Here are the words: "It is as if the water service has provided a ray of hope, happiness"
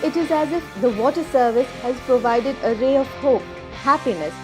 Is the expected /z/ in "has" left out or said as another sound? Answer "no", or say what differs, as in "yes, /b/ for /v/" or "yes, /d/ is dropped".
no